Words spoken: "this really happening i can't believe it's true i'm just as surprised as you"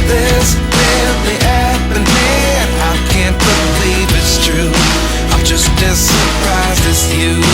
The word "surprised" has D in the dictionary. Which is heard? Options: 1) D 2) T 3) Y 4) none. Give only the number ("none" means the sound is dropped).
4